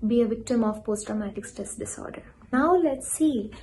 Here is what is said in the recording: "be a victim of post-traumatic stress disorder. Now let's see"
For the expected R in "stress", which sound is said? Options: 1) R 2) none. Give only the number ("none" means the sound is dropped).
2